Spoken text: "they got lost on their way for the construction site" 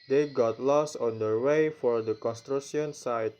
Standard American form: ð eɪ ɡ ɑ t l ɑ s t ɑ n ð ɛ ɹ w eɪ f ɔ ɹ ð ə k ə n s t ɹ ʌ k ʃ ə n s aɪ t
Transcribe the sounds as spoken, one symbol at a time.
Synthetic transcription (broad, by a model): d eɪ ɡ ɑ t l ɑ s ɑ n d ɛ ɹ w eɪ f ɔ ɹ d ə k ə n s t ɹ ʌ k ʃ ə n s aɪ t